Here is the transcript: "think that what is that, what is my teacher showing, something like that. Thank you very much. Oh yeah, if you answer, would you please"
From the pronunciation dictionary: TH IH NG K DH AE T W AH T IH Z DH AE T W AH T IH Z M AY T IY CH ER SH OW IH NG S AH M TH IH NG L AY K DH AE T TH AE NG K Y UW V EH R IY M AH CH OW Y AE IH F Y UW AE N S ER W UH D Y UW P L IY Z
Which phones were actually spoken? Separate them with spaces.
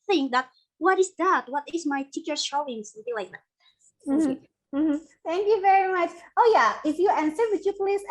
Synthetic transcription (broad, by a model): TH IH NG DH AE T W AH T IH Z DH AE T W AH T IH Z M AY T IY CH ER SH OW IH NG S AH TH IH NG L AY K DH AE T TH AE NG K Y UW V EH R IY M AH CH OW Y AE IH F Y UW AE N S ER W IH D Y UW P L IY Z